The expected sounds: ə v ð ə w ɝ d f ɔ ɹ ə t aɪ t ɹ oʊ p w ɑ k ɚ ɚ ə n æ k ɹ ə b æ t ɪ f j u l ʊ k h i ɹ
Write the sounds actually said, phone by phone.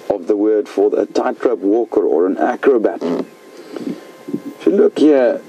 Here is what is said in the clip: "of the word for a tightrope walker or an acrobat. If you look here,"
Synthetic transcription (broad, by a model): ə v ð ə w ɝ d f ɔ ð ə t aɪ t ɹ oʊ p w ɑ k ɚ ɚ ə n æ k ɹ ə b æ t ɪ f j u l ʊ k h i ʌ